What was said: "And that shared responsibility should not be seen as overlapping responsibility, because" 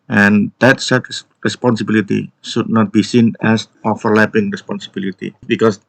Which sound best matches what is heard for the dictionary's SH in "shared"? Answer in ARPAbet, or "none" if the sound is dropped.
S